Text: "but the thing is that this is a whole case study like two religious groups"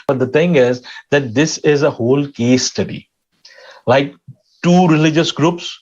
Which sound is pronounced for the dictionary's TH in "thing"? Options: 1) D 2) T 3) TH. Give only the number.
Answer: 2